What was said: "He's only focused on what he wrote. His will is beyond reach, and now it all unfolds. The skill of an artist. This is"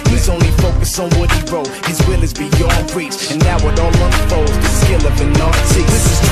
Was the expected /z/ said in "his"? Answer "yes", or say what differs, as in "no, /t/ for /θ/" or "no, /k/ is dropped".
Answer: yes